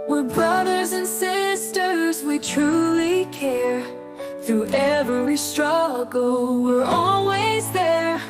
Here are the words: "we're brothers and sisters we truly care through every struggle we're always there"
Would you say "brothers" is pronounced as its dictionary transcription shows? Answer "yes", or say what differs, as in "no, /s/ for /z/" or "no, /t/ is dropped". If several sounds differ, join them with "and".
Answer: yes